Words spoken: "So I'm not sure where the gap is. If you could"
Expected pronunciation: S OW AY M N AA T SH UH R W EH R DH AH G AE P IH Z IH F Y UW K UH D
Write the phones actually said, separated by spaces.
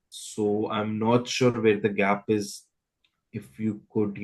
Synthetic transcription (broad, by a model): S OW AY M N AA T SH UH R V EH R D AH G AE P IH Z IH F Y UW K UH D